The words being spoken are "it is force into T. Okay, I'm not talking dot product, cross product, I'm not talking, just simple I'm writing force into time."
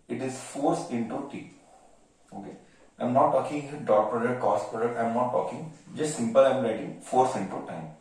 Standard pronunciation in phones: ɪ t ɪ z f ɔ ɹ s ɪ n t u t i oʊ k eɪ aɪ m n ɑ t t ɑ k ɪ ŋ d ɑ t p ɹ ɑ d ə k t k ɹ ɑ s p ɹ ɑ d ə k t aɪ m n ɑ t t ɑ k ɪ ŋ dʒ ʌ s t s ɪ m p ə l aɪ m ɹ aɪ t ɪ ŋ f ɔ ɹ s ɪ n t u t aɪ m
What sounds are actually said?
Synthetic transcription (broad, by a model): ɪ t ɪ z f ɔ ɹ s ɪ n t u t i oʊ k eɪ aɪ m n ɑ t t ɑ k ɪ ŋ d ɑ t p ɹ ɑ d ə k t k ɑ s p ɹ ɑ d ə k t aɪ m n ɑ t t ɑ k ɪ ŋ dʒ ʌ s t s ɪ m p ə l aɪ m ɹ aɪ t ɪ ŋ f ɔ ɹ s ɪ n t u t aɪ m